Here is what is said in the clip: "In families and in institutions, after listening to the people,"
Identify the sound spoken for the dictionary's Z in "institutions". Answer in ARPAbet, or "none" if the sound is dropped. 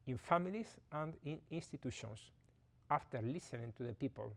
S